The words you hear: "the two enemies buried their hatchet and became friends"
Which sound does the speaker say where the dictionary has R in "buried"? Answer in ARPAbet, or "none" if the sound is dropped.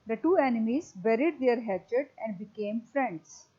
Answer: R